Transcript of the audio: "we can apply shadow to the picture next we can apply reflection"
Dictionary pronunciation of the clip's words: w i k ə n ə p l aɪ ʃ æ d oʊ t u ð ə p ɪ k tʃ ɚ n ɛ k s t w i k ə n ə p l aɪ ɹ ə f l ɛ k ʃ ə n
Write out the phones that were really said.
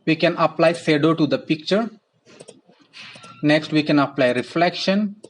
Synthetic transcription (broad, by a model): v i k ə n ə p l aɪ s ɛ d oʊ t u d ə p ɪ k tʃ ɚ n ɛ k s t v i k ə n ə p l aɪ ɹ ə f l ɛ k ʃ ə n